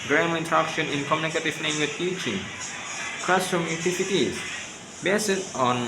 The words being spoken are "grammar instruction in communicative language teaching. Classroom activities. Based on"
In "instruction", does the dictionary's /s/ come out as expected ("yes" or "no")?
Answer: no